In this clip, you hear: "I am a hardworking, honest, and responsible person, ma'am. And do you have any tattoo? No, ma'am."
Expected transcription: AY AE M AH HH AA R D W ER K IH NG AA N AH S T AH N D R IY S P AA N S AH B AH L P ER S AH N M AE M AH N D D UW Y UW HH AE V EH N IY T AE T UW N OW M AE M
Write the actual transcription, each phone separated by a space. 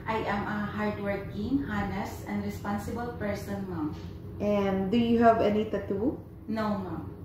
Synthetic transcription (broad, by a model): AY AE M AH HH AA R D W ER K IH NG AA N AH S AH N D R IY S P AA N S AH B AH L P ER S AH N M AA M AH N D D UW Y UW HH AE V EH N IY T AE T UW N OW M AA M